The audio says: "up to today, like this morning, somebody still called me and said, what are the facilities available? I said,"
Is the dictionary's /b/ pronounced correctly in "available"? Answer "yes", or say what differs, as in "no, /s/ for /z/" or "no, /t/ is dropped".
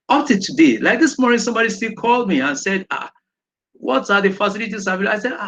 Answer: no, /b/ is dropped